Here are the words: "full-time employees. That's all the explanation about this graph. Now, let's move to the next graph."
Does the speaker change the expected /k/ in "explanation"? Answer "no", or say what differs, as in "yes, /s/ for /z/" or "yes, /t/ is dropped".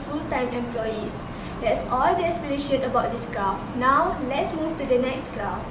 yes, /k/ is dropped